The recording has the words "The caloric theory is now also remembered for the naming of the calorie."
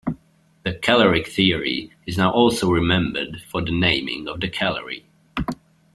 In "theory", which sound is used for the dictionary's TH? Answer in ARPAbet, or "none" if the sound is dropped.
TH